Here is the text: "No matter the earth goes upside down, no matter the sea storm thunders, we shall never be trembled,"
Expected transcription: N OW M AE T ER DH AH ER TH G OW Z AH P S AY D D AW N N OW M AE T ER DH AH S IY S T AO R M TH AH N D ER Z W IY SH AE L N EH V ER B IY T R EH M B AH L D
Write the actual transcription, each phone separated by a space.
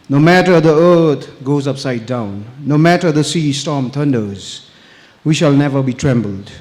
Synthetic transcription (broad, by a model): N OW M AE T ER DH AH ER T G OW Z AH P S AY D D AW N N OW M AE T ER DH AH S IY S T AO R M T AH N D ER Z W IY SH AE L N EH V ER B IY T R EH M B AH L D